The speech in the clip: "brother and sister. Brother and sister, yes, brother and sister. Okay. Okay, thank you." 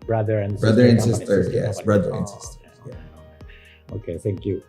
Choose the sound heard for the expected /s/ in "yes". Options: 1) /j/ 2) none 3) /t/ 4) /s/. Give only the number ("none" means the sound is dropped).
4